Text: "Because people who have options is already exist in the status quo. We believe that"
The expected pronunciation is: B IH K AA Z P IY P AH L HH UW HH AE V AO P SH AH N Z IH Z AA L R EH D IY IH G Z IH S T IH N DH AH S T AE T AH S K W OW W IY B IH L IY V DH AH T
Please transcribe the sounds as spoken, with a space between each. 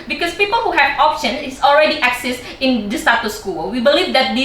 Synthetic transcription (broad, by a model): B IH K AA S P IY P AH L HH UW HH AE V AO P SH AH N IH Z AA L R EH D IY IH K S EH S IH N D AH S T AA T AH S K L W IY B IH L IY V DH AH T